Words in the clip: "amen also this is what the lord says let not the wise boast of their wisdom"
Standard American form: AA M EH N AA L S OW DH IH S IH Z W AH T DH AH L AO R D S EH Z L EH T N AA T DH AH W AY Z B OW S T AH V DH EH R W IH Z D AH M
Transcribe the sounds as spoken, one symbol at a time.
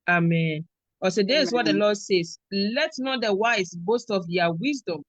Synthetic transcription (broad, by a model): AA M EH N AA S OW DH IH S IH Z W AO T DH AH L AO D S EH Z L EH T N AA T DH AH W AY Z B OW S T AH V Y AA W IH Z D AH M